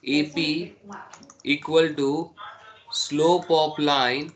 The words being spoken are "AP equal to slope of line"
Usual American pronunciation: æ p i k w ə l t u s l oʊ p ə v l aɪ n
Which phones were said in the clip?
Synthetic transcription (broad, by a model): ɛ p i k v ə l t u s l oʊ p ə p l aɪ n